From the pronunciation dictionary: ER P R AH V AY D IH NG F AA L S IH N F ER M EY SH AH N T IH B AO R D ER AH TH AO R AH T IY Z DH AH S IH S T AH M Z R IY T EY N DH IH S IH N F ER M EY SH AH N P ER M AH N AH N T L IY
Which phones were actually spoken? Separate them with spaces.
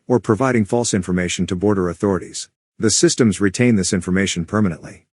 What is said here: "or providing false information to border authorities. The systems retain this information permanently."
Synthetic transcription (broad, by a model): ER P R AH V AY D IH NG F AA L S IH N F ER M EY SH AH N T IH B AO R D ER AH TH AO R AH T IY Z DH AH S IH S T AH M Z R IY T EY N DH IH S IH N F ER M EY SH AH N P ER M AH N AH N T L IY